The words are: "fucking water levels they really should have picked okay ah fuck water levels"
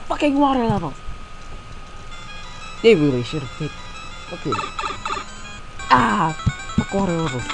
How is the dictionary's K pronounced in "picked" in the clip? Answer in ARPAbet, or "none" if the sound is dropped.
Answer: none